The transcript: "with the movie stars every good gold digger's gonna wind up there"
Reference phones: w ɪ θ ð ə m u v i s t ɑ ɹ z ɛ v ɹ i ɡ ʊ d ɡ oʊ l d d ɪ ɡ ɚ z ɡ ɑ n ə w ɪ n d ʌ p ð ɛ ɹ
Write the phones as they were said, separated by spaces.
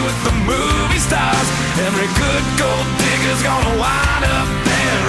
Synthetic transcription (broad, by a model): w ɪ ð ə m u v i s t ɑ ɹ z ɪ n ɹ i ɡ ʊ d ɡ oʊ l d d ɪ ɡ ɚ z ɡ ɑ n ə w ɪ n ʌ p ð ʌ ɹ